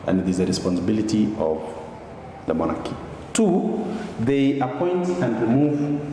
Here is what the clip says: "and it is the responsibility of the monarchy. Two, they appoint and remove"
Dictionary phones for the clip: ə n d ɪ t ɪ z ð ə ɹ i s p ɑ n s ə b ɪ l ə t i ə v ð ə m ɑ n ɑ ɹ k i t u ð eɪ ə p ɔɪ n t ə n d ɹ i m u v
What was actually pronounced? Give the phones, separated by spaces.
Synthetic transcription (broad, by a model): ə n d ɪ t ɪ z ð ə ɹ i s p ɑ n s ə b ɪ l ə t i ə v ð ə m ɑ n ɑ ɹ k i t u ð eɪ ə p ɔɪ n t ə n d ɹ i m u v